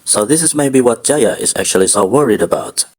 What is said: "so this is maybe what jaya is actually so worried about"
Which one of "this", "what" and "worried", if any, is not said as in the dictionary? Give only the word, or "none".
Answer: none